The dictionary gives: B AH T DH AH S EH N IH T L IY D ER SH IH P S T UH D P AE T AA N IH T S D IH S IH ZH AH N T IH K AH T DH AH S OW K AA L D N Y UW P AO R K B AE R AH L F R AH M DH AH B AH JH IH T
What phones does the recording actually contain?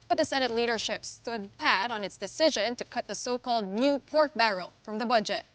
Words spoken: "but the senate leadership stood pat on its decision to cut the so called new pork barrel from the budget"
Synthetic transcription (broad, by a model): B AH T DH AH S EH N IH T L IY D ER SH IH P S T UH D P AE T N IH T S D IH S IH ZH AH N T IH K AH T DH AH S OW K AA L D N Y UW P AO R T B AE R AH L F R AH M DH AH B AH JH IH T